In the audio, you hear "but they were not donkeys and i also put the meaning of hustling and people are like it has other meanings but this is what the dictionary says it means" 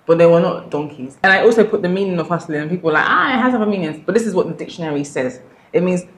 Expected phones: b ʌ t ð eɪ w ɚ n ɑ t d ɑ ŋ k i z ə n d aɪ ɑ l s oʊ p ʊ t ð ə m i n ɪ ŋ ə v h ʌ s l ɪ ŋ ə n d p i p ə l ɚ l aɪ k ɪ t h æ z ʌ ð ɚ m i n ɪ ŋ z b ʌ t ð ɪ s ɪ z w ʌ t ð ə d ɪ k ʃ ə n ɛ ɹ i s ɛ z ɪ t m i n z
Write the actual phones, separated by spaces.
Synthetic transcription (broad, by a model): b ʌ t ð eɪ w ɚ n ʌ t d ɑ ŋ k i z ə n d aɪ ɑ l s oʊ p ʊ t ð ə m i n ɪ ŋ ə v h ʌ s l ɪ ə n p i p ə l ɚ l aɪ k ɪ t h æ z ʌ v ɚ m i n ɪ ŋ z b ʌ t ð ɪ s ɪ z w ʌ t ð ə d ɪ k ʃ ə n ɛ ɹ i s ɛ z ɪ t m i n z